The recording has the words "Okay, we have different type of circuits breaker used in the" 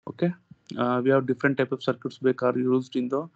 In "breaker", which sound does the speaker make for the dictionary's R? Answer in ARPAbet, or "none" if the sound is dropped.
none